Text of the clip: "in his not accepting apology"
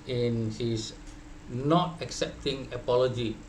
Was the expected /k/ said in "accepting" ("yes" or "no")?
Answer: yes